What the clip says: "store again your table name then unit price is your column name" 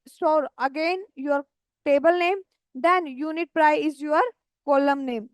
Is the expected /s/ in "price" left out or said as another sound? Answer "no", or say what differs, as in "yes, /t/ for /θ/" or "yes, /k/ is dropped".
yes, /s/ is dropped